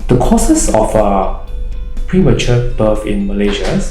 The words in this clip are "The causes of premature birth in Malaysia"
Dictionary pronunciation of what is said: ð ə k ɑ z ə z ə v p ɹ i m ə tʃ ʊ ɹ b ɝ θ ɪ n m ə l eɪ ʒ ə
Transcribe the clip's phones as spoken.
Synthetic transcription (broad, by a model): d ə k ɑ s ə s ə f p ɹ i m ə tʃ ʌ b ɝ f ɪ n m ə l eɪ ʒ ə